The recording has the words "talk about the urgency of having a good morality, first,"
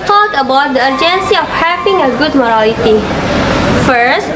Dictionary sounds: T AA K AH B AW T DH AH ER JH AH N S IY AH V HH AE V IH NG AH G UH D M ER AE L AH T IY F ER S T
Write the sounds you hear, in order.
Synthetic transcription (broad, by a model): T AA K AH B AW T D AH ER JH AH N S IY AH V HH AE P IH NG AH G UH D M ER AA AH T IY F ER S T